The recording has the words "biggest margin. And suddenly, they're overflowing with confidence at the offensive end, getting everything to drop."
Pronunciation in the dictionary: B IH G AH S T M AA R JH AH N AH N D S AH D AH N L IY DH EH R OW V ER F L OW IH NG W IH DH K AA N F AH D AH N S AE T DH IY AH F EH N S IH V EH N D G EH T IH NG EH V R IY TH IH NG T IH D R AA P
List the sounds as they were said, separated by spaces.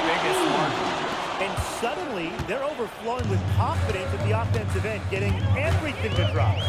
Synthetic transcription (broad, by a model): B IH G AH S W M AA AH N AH N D S AH D N L IY DH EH R OW V ER F L OW IH NG W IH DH K AA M F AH D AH N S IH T DH IY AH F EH N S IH V EH N G EH T IH NG EH V R IY TH IH NG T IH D R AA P